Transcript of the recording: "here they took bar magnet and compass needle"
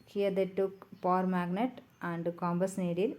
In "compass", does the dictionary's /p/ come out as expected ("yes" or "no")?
no